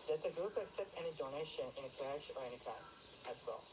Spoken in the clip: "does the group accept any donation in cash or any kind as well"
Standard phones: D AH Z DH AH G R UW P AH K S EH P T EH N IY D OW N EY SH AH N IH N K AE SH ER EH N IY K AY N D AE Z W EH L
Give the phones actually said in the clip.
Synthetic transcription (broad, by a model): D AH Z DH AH G R UW P AH K S EH P T EH N IY D OW N EY SH AH N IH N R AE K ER EH N IY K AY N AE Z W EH L